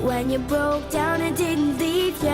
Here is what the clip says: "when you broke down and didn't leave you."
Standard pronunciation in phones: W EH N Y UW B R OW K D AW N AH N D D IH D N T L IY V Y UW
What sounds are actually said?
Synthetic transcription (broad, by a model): W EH N Y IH B R OW K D AW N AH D D IH D N T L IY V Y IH